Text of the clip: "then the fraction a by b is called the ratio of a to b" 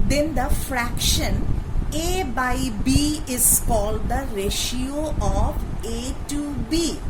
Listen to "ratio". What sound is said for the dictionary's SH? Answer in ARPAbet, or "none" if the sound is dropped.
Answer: SH